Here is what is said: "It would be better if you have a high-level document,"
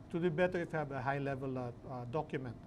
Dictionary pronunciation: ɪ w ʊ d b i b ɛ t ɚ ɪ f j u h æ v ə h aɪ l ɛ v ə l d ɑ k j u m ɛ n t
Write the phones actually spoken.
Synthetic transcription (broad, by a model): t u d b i b ɛ t ɚ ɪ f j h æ b ə h aɪ l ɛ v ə l d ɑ k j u m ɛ n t